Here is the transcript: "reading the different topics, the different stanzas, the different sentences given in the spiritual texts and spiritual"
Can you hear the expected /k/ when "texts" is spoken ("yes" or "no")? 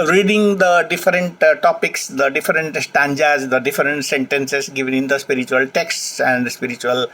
yes